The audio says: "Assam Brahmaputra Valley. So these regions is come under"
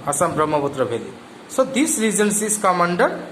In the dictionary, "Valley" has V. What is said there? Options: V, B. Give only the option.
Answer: B